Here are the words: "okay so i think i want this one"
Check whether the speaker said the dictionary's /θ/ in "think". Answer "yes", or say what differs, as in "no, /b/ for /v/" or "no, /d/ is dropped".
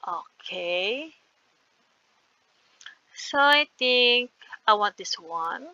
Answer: no, /t/ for /θ/